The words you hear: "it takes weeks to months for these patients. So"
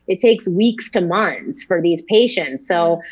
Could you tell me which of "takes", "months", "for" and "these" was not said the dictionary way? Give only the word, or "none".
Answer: none